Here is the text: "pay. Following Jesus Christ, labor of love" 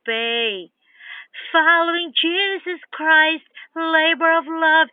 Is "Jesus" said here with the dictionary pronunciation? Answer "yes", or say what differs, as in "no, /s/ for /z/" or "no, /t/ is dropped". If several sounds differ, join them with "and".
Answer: yes